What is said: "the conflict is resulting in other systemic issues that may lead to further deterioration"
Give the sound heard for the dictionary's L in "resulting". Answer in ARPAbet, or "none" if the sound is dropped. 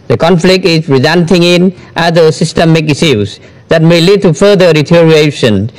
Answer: N